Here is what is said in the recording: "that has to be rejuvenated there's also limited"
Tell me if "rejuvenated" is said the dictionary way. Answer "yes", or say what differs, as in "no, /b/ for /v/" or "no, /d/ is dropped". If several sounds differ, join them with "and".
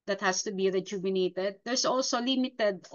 no, /b/ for /v/